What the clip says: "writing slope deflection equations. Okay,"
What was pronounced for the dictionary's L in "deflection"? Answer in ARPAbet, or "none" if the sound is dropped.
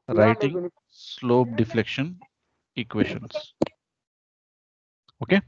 L